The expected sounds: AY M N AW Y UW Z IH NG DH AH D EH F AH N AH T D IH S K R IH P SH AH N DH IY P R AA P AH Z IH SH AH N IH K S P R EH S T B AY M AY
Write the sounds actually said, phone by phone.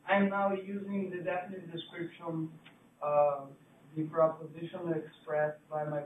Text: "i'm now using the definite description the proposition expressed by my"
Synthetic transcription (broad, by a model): AY M N AW Y UW Z IH NG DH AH D EH F AH N AH T D IH S K R IH P SH AH N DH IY P R AA P AH Z IH SH AH N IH K S P R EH S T B AY M AY